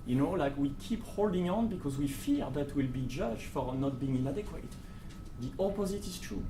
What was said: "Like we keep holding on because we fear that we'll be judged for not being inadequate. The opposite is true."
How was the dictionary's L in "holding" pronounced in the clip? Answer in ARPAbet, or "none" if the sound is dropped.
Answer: L